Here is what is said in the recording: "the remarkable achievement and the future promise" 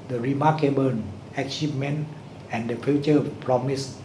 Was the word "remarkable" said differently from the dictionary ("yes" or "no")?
yes